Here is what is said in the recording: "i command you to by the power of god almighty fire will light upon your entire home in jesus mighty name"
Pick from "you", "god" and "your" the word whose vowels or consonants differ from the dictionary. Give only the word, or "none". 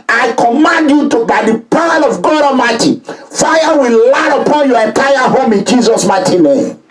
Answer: none